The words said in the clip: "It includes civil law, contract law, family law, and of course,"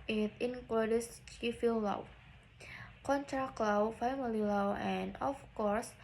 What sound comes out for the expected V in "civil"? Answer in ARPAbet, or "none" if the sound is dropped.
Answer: F